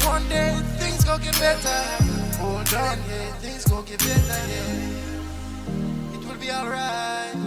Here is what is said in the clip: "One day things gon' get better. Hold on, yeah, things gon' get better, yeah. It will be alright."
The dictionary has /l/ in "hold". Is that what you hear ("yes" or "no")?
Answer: no